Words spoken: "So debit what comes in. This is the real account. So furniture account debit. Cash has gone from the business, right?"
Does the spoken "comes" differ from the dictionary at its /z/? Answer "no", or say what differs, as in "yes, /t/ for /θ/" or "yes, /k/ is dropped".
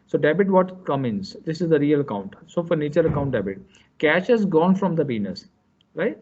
yes, /z/ is dropped